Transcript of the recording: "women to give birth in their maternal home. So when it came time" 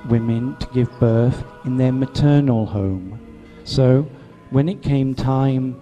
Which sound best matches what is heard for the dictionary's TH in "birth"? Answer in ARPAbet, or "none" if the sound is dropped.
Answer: TH